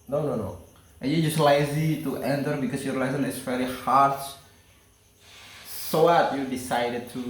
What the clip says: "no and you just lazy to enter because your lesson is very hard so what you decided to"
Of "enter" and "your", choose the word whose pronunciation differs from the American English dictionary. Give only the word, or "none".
none